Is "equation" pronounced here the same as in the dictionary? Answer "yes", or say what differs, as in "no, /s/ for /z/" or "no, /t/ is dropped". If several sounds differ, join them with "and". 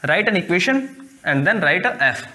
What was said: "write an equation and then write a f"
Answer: no, /ʃ/ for /ʒ/